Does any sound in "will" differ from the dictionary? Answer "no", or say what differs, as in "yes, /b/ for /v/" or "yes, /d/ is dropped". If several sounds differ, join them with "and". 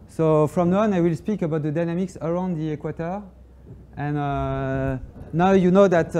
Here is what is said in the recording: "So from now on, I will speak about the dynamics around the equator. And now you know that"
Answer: no